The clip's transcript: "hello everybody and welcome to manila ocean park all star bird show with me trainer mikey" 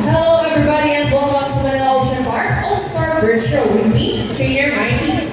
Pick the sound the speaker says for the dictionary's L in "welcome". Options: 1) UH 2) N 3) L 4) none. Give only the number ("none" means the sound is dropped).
4